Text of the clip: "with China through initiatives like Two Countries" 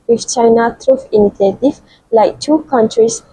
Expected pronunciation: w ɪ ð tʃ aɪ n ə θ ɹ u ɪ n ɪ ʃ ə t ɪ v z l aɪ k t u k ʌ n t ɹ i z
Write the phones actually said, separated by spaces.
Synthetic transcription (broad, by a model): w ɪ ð tʃ aɪ n ə t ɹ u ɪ n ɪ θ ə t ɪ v l aɪ k t u k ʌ n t ɹ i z